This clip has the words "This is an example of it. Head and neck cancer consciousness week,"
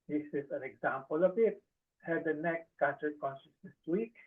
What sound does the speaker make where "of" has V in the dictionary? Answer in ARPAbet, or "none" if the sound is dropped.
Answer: B